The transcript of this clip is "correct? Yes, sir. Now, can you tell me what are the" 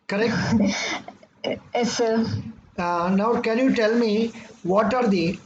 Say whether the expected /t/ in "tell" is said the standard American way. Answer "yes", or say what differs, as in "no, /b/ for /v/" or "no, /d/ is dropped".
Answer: yes